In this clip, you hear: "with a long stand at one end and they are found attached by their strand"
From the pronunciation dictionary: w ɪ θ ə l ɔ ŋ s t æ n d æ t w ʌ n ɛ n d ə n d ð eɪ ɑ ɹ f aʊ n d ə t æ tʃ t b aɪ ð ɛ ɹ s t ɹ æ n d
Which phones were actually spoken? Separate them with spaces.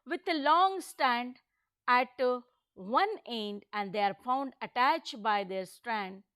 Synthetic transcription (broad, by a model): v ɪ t ə l ɔ ŋ s t æ n d æ t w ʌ n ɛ n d ə n d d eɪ ɑ ɹ f aʊ n d ə t æ tʃ t b aɪ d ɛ ɹ s t ɹ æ n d